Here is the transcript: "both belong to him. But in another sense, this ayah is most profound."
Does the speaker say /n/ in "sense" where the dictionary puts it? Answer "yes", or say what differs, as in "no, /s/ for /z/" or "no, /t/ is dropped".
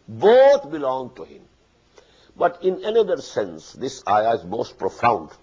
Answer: yes